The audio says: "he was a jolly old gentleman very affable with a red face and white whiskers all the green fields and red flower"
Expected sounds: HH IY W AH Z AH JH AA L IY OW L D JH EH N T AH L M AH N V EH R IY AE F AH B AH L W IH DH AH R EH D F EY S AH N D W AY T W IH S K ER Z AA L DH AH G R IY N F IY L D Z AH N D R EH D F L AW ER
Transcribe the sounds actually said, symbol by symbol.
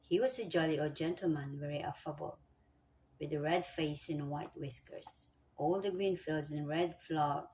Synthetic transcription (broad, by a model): HH IY W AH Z AH JH AA L IY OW JH EH N T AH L M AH N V EH R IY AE F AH B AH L W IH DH AH R EH D F EY S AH N W AY T W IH S K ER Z AA L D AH G R IY N F IY L D Z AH N R EH D F L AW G